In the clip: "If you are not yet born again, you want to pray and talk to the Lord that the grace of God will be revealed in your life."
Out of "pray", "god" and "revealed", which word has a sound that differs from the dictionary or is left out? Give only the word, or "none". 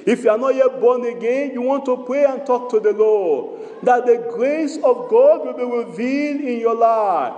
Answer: revealed